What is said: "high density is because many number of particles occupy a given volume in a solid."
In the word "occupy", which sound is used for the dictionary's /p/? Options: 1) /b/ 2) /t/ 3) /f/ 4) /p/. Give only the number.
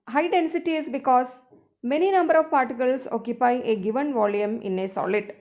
4